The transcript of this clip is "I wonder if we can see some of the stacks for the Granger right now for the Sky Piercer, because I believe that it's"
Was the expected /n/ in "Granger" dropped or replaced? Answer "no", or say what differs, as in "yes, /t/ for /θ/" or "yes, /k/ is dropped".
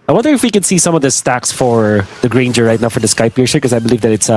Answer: no